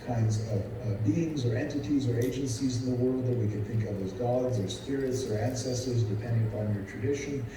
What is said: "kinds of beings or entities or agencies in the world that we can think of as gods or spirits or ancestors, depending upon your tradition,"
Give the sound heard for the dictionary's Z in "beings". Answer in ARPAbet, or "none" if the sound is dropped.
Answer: Z